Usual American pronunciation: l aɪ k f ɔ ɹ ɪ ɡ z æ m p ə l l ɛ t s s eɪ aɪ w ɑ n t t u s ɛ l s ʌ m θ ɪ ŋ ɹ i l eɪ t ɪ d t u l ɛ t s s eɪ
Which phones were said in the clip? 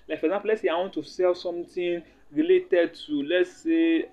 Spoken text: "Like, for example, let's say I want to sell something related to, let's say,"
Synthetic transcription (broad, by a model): l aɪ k f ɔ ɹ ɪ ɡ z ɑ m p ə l l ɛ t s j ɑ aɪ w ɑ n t t u s ɛ l s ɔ m t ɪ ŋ ɹ i l eɪ t ɪ d t u l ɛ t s s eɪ